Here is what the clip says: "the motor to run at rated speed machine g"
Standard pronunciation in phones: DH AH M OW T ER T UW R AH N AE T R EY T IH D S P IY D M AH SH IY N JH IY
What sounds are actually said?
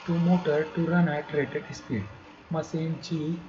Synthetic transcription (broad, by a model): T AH M OW T ER T UW R AH N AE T R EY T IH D S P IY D M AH S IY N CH IY